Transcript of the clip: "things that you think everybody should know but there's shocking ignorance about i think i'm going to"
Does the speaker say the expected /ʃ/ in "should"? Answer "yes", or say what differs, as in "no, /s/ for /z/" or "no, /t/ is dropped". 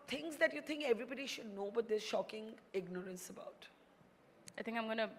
yes